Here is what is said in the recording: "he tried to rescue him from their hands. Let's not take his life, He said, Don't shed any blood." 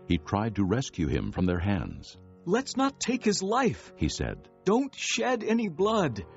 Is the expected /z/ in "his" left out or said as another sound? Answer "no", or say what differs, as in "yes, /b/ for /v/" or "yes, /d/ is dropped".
no